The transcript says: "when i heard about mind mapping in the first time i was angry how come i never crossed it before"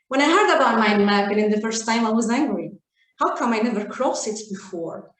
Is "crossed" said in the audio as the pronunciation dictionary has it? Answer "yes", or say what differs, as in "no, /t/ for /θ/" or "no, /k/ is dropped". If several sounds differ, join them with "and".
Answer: no, /t/ is dropped